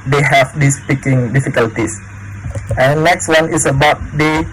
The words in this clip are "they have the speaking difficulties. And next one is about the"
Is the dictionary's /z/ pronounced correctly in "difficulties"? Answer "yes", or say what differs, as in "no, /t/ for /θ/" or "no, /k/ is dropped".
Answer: no, /s/ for /z/